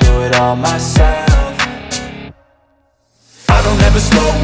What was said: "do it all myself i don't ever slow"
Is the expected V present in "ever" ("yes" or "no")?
yes